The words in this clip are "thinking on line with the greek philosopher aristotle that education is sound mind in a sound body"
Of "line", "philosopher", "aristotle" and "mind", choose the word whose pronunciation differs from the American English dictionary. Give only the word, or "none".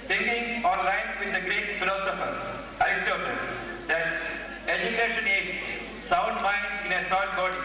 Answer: aristotle